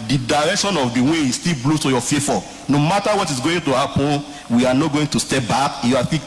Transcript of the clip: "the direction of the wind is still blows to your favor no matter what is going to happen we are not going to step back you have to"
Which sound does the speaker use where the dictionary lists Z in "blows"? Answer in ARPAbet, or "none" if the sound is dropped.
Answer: none